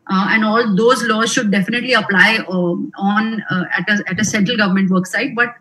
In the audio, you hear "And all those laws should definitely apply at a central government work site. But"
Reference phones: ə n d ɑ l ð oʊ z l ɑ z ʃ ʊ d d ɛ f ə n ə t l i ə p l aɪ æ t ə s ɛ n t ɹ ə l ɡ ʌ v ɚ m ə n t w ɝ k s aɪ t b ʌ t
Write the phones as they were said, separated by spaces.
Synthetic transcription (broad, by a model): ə n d ɑ l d oʊ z l ɑ z ʃ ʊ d d ɛ f ə n ə t l i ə p l aɪ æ t ə s ɛ n t ɹ ə l ɡ ʌ v ɚ m ə n t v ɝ k s aɪ t b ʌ t